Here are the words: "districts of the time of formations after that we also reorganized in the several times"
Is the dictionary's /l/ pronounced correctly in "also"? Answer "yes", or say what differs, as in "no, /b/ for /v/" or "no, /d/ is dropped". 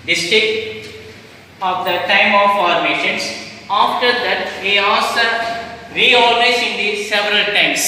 no, /l/ is dropped